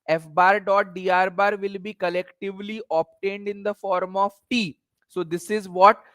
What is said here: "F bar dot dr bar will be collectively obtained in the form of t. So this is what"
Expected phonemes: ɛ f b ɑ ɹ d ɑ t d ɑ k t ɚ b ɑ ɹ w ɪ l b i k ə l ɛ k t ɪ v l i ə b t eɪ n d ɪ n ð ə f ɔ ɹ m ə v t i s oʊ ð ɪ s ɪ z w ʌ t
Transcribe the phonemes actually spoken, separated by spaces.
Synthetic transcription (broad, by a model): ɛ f b ɑ ɹ d ɑ t d ɑ t b ɑ ɹ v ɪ l b i k ə l ɛ k t ɪ v l i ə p t eɪ n d ɪ n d ə f ɔ ɹ m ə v t i s oʊ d ɪ s ɪ z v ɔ t